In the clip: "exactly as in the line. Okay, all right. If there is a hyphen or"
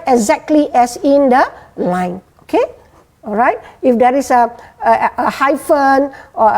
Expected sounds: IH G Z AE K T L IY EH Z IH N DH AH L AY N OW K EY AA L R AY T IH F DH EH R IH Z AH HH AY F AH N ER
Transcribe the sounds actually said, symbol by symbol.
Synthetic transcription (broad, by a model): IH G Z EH K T L IY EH S IH N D AH L AY N OW K EY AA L R AY T IH F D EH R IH S AH HH AY F AH N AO